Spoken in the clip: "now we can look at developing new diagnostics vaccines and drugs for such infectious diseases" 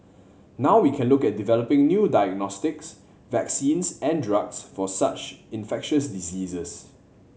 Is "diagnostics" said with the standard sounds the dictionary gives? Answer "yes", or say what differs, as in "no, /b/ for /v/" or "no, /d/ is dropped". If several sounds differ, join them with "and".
yes